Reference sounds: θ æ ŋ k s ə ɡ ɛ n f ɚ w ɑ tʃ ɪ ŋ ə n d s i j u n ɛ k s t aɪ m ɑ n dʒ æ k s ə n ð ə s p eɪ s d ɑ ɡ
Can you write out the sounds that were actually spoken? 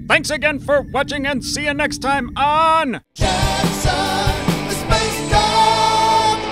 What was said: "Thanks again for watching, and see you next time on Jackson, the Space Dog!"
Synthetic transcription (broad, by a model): θ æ ŋ k s ə ɡ ɛ n f ɚ w ɑ tʃ ɪ ŋ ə n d s i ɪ n ɛ k s t aɪ m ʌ n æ s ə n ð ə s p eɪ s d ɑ